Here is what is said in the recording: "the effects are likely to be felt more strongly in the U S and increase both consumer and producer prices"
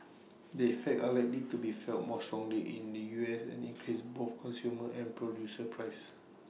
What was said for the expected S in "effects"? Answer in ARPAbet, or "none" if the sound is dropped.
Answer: none